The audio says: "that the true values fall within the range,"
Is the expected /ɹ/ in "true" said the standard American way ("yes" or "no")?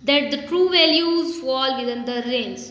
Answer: yes